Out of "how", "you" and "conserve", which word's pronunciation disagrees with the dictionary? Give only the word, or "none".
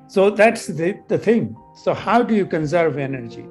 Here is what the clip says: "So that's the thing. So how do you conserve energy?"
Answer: none